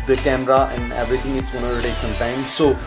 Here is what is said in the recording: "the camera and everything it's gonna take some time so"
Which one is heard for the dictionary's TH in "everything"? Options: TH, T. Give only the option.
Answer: T